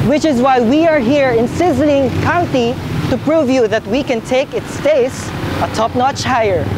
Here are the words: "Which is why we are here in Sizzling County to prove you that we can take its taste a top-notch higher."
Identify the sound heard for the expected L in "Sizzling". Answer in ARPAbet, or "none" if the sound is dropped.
L